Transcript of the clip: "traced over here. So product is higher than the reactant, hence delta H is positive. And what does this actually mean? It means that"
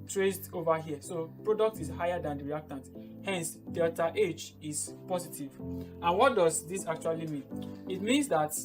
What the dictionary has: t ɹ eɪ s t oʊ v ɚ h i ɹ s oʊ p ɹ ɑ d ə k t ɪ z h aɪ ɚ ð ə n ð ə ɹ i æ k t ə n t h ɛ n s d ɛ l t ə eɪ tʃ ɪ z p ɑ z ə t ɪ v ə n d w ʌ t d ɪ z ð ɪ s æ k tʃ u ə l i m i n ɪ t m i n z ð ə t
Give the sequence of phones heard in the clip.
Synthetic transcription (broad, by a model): t ɹ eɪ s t oʊ v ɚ h i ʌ s oʊ p ɹ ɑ d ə k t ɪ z h aɪ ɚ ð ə n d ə ɹ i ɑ k t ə n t h ɛ n s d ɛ t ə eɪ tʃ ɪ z p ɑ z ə t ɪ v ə n w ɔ t d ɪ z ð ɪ s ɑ k tʃ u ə l i m i n ɪ t m i n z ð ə t